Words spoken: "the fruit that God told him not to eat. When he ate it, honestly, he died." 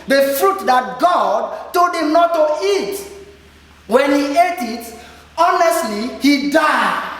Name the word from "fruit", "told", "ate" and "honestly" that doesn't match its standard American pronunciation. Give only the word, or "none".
told